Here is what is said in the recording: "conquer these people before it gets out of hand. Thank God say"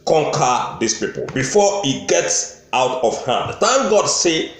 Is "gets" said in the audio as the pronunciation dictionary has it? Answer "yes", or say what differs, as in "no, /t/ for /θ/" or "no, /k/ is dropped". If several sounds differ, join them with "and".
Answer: yes